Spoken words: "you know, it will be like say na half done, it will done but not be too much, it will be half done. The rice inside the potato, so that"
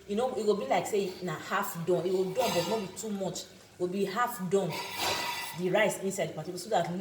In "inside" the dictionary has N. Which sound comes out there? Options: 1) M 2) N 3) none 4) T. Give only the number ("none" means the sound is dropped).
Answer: 2